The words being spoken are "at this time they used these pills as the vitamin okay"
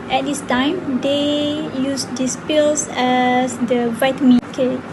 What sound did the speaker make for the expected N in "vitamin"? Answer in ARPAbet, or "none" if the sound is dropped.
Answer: none